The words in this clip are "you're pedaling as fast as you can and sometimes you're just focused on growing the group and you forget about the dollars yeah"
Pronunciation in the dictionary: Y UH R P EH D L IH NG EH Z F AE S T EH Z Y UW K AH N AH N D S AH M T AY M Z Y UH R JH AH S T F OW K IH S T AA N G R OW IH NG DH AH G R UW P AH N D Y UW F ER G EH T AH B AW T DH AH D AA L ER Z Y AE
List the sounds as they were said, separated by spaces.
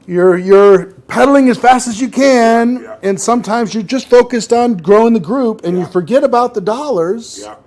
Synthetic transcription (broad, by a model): Y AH R P EH D L IH NG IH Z F AE S T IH Z Y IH K AH N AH N S AH M T AY M Z Y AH R JH AH S T F OW K IH S T N G R OW IH NG DH AH G R UW P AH N Y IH F ER G EH T AH B AW T DH AH D AA L ER Z